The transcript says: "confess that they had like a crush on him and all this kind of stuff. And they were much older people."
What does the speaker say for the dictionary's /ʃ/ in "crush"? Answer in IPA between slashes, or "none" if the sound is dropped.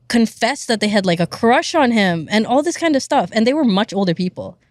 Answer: /ʃ/